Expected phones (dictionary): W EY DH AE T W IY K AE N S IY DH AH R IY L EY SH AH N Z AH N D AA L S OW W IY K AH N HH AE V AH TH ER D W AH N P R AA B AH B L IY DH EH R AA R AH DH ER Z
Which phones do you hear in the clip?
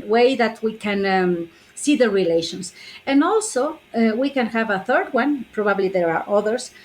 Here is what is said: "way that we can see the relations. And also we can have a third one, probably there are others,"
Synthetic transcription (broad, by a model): W EY DH AE T W IY K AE N S IY DH AH R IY L EY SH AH N S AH N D AA L S OW W IY K AH N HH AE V AH TH ER D W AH N P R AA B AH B L IY DH EH R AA R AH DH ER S